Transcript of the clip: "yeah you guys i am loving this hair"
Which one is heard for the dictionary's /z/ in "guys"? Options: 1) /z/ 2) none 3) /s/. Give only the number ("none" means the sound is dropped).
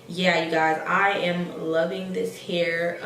1